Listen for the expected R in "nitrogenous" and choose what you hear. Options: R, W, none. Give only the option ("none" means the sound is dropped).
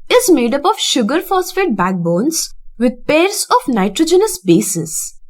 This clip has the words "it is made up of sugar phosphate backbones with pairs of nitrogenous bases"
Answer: R